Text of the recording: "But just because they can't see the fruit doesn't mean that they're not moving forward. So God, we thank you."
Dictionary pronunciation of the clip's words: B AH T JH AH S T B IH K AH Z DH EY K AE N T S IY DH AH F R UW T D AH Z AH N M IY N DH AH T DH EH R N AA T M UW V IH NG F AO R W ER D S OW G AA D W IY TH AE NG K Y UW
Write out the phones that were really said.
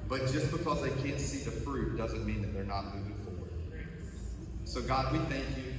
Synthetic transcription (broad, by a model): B AH T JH AH S B IH K AH Z DH EY K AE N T S IY DH AH F R UW T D AH Z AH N M IY N DH AH T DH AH R N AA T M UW IH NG F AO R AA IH S OW G AA D W IY TH AE NG K Y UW